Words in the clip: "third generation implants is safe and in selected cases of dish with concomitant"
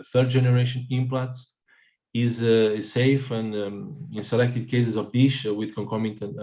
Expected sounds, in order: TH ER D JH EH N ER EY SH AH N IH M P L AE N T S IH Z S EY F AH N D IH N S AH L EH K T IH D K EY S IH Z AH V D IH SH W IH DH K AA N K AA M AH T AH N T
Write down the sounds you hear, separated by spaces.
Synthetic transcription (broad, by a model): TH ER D JH EH N ER EY SH AH N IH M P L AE T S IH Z S EY F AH N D IH N S AH L EH K T IH D K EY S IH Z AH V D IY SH W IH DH K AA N K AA M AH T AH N